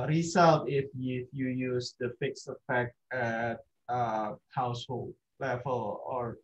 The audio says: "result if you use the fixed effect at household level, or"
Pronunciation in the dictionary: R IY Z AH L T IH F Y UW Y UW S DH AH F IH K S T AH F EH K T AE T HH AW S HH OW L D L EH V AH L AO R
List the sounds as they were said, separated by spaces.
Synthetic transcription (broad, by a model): R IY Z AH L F IH F Y UW Y UW S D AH F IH K S AH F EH K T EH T HH AW S HH OW L D L EH V AH L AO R